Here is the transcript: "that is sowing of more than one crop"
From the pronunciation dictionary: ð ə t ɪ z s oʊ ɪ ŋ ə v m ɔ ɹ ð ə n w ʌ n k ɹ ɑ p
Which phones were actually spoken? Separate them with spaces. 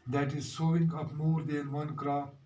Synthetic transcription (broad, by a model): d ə t ɪ z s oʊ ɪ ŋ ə p m ɔ ɹ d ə n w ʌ n k ɹ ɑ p